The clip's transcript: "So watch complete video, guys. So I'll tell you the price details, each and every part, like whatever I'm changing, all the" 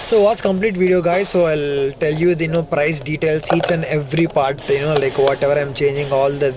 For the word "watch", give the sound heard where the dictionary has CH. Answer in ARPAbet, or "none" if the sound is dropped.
S